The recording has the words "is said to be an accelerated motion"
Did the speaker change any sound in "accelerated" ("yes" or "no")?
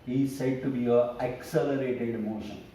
no